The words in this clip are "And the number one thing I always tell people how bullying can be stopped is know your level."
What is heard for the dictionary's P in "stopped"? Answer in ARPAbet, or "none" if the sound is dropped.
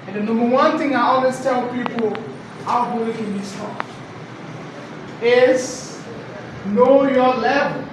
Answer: none